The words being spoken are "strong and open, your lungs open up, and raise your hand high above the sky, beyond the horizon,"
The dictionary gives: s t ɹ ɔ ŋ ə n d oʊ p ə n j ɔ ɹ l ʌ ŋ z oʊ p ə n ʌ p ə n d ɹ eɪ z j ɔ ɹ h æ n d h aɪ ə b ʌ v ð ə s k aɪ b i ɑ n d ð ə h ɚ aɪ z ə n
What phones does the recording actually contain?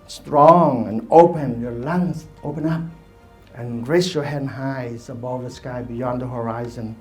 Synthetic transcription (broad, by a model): s t ɹ ɔ ŋ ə n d oʊ p ə n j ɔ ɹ l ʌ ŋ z oʊ p ə n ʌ p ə n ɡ ɹ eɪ s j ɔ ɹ h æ n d h aɪ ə b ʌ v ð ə s k aɪ b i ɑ n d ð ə h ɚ aɪ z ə n